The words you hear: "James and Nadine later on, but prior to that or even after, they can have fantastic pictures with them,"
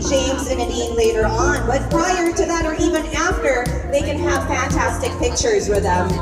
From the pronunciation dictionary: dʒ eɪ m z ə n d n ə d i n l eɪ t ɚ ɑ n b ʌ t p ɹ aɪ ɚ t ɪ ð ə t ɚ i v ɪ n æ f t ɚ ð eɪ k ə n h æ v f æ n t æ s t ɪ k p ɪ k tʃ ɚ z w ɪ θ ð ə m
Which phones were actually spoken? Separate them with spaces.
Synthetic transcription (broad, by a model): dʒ eɪ m z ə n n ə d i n l eɪ t ɚ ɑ n b ʌ t p ɹ aɪ ɚ t ɪ ð ə t ɚ i v ɪ n æ f t ɚ ð eɪ k ə n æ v f æ n t æ s t ɪ k p ɪ k tʃ ɚ z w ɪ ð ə